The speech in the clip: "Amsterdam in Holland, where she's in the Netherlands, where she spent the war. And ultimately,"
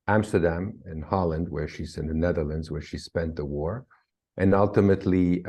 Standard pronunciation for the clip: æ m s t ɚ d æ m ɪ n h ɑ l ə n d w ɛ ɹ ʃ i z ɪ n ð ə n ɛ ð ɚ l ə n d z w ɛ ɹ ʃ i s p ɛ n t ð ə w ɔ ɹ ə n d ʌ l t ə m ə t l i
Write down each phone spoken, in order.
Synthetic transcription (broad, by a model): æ m s t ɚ d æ m ɪ n h ɑ l ə n d w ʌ ɹ ʃ i z ɪ n ð ə n ɛ ð ɚ l ə n d z w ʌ ɹ ʃ i s p ɛ n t ð ə w ɔ ɹ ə n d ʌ l t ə m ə t l i